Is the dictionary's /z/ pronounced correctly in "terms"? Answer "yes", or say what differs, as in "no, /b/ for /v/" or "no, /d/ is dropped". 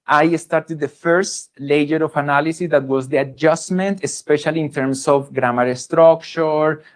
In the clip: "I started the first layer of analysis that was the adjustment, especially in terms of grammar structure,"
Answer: no, /s/ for /z/